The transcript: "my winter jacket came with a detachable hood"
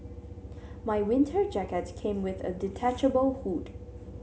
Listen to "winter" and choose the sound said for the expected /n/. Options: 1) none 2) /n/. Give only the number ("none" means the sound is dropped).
2